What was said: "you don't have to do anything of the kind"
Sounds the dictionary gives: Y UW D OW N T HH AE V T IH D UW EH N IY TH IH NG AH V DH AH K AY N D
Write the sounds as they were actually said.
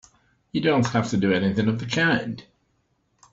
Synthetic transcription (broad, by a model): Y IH D OW N T HH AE F T IH D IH EH N IY TH IH NG AH V DH AH K AY N D